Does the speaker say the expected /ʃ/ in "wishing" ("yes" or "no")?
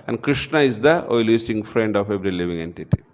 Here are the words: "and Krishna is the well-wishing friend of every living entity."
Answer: no